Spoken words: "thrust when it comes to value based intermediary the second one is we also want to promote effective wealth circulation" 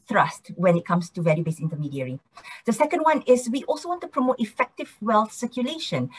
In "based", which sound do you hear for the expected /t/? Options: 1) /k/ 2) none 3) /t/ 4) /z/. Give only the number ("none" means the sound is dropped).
2